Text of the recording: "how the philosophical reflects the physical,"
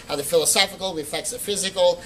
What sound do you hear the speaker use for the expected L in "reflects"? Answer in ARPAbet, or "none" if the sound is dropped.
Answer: none